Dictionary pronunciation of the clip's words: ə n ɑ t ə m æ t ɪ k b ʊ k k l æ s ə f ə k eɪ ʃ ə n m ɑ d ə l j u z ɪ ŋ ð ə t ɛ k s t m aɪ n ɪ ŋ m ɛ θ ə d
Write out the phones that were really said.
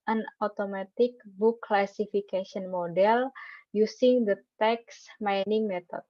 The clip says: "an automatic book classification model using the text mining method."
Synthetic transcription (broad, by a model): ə n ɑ t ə m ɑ t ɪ k b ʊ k k l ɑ s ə f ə k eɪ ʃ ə n m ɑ d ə l j u s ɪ ŋ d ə t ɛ k s m aɪ n ɪ ŋ m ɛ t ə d